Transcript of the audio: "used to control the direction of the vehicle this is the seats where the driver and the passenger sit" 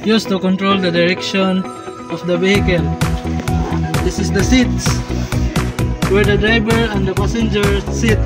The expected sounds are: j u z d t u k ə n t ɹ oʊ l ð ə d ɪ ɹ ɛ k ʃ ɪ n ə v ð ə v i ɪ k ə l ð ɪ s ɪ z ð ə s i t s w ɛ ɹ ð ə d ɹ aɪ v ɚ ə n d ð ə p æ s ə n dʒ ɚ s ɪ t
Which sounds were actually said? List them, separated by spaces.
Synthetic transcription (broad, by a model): j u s t u k ə n t ɹ oʊ l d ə d ɪ ɹ ɛ k ʃ ɪ n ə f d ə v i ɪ k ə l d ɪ s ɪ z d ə s i t s w ɛ ɹ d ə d ɹ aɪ b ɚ ə n d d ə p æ s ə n dʒ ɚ s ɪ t